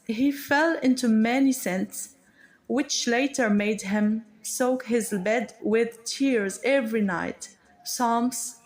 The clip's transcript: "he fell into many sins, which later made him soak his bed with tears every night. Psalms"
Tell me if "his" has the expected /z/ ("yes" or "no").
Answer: yes